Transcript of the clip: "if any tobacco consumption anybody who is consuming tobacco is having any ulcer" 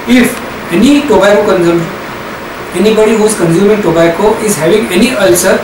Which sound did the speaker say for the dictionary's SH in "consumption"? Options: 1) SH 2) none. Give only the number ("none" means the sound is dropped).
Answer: 2